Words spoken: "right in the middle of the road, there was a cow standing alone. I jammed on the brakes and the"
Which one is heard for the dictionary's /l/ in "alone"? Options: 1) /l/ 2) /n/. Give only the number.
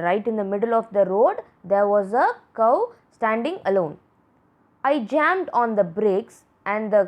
1